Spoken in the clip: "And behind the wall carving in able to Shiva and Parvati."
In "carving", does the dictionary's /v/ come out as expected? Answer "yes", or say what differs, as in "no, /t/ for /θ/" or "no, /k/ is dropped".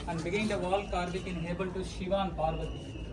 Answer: no, /b/ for /v/